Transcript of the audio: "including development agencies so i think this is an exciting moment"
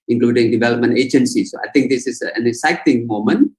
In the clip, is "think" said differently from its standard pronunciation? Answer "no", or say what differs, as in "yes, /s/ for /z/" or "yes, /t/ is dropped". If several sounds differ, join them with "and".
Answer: yes, /t/ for /θ/